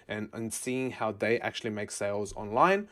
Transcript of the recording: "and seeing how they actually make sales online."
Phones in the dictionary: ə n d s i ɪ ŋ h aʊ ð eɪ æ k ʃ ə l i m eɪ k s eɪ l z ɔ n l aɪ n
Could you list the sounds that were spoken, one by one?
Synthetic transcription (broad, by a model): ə n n s i ɪ ŋ h aʊ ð eɪ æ k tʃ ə l i m eɪ k s eɪ l z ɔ n l aɪ n